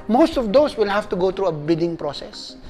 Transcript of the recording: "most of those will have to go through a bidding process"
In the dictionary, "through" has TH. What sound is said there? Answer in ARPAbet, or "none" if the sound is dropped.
T